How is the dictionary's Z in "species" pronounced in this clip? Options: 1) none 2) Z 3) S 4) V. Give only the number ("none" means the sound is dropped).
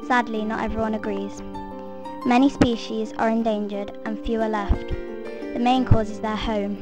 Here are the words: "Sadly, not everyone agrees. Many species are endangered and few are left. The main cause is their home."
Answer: 2